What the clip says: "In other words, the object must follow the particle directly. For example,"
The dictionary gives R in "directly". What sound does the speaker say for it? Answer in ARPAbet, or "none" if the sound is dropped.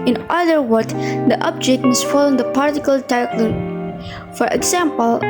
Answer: none